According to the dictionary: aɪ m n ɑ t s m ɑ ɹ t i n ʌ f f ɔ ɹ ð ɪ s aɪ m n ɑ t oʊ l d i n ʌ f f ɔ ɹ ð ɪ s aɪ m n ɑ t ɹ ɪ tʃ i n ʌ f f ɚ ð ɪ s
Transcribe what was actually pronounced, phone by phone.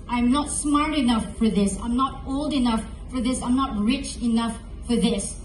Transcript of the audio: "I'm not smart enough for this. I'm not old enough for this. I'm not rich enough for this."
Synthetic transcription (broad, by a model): aɪ m n ɑ t s m ɑ ɹ t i n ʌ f f ɔ ɹ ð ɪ s aɪ m n ɑ t oʊ l d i n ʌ f f ɔ ɹ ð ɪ s aɪ m n ɑ t ɹ ɪ tʃ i n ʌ f f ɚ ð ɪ s